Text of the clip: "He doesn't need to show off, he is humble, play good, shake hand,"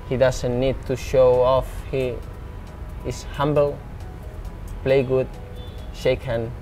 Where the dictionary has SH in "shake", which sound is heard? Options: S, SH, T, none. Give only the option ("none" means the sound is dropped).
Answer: SH